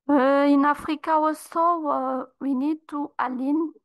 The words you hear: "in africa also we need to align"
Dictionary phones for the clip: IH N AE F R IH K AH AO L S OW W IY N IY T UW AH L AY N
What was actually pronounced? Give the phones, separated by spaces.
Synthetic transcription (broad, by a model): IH N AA F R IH K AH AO S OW W IY N IY T UW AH L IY N